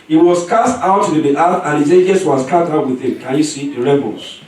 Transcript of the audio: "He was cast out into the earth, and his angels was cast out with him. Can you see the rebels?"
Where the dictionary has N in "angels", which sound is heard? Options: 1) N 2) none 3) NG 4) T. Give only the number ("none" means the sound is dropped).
2